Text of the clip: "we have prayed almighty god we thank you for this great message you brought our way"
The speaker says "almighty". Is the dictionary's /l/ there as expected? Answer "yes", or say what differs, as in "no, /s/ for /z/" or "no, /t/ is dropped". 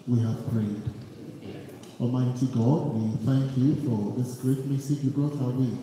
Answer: no, /l/ is dropped